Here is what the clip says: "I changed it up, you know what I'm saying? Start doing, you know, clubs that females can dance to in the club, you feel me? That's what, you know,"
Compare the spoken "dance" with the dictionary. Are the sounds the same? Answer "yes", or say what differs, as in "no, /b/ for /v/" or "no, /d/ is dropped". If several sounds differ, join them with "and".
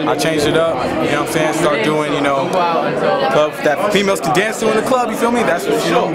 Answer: yes